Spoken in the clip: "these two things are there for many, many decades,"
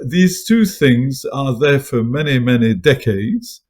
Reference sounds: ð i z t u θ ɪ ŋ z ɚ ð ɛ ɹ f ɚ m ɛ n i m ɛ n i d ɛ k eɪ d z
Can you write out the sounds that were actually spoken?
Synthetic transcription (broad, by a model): ð i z t u θ ɪ ŋ z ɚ ð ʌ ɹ f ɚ m ɛ n i m ɛ n i d ɛ k eɪ d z